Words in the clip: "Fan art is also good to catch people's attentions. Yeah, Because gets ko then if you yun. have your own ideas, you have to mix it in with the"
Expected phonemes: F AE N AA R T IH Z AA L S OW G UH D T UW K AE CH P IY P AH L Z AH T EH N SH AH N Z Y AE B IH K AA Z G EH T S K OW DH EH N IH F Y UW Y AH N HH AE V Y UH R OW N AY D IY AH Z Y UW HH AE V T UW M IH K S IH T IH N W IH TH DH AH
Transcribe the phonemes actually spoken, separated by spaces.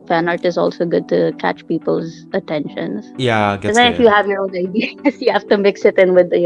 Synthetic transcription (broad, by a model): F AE N AA R T IH Z AA L S OW G UH D T UW K AE CH P IY P AH L Z AH T EH N SH AH N Z Y AE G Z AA IH F Y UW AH HH AE V Y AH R OW N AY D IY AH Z Y UW HH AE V T UW M IH K S IH T IH N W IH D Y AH